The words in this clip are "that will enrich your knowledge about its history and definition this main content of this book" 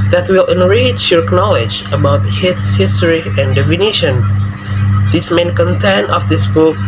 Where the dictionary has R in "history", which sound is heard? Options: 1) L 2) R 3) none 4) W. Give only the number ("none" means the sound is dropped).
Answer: 2